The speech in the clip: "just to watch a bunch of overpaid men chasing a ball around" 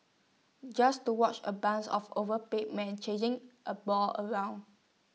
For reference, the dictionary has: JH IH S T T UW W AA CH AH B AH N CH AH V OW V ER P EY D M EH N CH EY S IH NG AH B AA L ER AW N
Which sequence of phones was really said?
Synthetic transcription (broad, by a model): JH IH S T T UW W AA CH AH B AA N S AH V OW V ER P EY M EH N CH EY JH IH NG AH B AA L ER AW N